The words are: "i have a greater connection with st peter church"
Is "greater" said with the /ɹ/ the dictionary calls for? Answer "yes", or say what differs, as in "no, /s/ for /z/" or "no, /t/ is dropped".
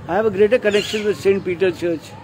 yes